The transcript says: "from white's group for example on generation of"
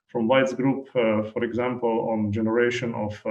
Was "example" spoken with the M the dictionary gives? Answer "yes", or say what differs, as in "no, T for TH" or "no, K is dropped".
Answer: yes